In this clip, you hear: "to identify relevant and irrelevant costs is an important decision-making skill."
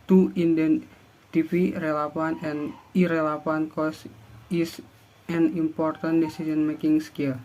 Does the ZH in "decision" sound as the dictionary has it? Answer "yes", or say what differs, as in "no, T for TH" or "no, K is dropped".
no, S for ZH